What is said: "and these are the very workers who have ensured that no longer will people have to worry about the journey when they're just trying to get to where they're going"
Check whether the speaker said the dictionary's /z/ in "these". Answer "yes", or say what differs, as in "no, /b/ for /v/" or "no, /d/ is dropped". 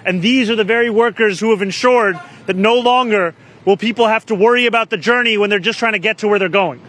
yes